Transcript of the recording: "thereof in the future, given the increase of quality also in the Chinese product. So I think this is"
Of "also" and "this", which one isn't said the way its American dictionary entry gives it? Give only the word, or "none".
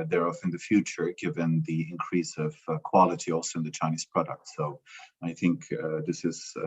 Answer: none